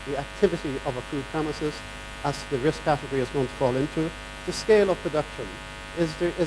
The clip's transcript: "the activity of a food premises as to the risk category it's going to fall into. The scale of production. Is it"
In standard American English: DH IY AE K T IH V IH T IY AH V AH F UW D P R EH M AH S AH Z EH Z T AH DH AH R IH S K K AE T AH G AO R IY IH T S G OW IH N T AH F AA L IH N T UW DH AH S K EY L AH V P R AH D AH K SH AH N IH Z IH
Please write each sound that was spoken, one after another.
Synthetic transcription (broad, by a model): DH IY AE K T IH V IH T IY AH V AH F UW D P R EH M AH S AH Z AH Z DH AH R IH S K K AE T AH G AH R IY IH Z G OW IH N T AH F AA L IH N T UW DH AH S K EY L AH V P R AH D AH K SH AH N IH Z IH